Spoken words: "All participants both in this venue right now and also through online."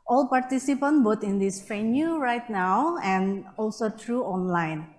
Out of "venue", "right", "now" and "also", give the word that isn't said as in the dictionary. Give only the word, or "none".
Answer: venue